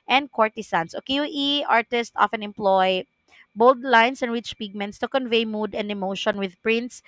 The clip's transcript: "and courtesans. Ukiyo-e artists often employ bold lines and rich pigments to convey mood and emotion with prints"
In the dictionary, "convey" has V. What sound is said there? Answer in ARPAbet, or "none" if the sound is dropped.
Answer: V